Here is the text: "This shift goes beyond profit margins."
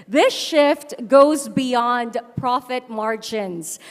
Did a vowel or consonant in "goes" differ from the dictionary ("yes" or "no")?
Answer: no